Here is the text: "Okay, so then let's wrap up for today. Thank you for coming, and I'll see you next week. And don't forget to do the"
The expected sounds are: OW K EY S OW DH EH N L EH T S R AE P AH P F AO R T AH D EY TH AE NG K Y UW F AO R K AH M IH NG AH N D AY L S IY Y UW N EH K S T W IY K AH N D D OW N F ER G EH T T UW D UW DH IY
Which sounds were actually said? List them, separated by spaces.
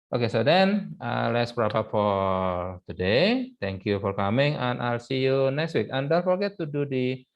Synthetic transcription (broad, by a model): OW K EY S OW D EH N L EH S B R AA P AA F AO R T AH D EY T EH NG K Y UW F AO R K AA M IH NG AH N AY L S IY Y UW N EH K S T W IY K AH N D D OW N F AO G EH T T UW D UW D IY